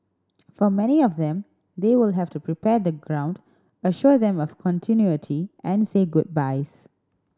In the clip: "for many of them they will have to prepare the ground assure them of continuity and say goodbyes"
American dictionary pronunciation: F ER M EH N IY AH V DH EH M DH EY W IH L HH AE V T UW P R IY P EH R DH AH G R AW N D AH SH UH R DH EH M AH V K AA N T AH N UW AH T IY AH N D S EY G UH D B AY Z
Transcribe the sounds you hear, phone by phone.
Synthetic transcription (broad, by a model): F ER M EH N IY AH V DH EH M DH EY W IH L HH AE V T UW P R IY P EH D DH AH G R AW N D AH SH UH R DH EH M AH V K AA N T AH N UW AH T IY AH N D S EY G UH D B AY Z